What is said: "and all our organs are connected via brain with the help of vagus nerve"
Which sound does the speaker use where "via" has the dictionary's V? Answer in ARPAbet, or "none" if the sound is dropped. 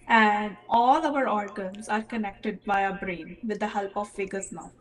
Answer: B